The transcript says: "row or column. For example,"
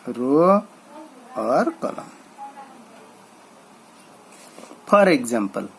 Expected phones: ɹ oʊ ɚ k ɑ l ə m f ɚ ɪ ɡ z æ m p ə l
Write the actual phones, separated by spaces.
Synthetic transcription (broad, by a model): ɹ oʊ ɚ k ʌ l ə m p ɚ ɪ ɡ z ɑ m p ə l